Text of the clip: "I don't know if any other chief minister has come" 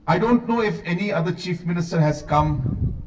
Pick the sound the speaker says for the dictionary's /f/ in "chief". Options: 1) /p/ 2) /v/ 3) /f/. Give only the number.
3